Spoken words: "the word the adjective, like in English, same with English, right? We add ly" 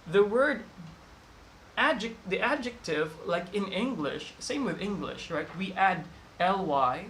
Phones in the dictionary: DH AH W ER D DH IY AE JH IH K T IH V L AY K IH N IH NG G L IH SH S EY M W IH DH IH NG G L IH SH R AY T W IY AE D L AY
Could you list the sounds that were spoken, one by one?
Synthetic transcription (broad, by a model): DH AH W ER D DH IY AE JH IH K T IH V L AY K IH N IH NG G L IH SH S EY M W IH DH IH NG G L IH SH R AY T W IY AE D L AY